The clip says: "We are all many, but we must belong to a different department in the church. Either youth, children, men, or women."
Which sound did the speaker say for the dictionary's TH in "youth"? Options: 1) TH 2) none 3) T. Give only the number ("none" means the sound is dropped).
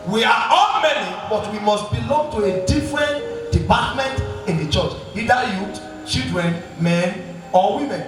3